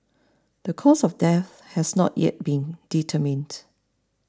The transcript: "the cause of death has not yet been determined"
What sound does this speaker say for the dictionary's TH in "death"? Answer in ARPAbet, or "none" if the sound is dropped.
TH